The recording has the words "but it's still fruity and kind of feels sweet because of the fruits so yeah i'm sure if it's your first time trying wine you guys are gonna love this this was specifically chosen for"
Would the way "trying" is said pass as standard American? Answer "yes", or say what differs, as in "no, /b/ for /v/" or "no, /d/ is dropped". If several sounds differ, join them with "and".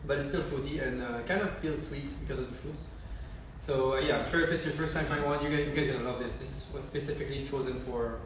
no, /ɹ/ is dropped